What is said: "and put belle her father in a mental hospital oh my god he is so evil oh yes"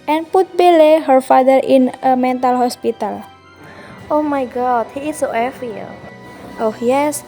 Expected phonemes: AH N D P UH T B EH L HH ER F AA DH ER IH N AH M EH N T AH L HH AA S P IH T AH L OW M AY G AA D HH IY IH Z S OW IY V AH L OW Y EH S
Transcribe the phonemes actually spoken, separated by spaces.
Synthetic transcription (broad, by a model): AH N P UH T B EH L HH ER F AA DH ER IH N AH M EH N T AH L HH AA S P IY T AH L OW M AY G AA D HH IY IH S OW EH F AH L OW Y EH S